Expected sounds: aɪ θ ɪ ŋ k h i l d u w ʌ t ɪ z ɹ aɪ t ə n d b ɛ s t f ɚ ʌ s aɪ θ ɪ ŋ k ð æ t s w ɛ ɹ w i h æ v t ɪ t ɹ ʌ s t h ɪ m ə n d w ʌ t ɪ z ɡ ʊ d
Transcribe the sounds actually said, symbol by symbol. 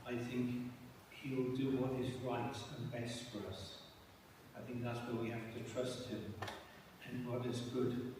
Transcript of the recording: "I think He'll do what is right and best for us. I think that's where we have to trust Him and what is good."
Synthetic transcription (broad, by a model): aɪ θ ɪ ŋ k h i l d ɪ w ʌ t ɪ z ɹ aɪ t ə n b ɛ s t f ɚ ʌ s aɪ θ ɪ ŋ k ð æ t s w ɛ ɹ w i h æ f t ɪ t ɹ ʌ s t h ɪ m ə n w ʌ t ɪ z ɡ ʊ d